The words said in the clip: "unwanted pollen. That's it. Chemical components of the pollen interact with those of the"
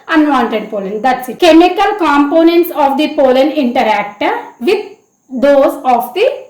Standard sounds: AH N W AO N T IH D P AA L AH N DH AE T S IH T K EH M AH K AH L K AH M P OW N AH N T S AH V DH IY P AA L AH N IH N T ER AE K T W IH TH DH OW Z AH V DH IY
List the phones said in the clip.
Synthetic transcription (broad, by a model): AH N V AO N T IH D P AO L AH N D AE T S IH T K EH M AH K AH L K AH M P OW N AH N T S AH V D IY P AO L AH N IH N T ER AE K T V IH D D OW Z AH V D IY